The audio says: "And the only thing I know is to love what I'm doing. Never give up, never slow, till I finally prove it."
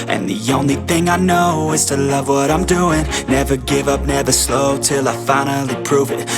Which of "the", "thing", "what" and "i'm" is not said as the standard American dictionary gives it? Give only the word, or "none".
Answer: none